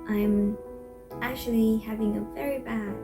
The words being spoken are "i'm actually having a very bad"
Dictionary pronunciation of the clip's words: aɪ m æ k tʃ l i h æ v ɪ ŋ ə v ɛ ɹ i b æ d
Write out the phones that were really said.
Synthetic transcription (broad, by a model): aɪ m æ k tʃ l i h æ v ɪ ŋ ə v ɛ ɹ i b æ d